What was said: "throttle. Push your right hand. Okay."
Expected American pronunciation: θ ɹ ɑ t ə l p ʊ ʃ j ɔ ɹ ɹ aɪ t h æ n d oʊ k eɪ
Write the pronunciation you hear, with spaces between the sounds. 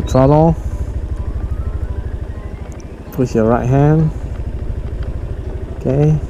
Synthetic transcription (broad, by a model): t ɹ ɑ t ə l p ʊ s j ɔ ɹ ɹ aɪ t h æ n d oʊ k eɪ